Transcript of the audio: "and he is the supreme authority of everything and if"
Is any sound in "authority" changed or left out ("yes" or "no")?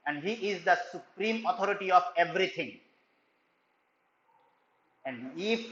yes